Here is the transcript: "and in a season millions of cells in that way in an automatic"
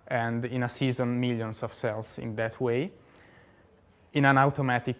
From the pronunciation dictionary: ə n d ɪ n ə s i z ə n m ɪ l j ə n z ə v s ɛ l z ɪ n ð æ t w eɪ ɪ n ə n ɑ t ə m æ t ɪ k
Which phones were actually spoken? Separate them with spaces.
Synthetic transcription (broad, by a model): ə n d ɪ n ə s i z ə n m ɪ l j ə n s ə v s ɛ l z ɪ n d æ t w eɪ ɪ n ə n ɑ t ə m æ t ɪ k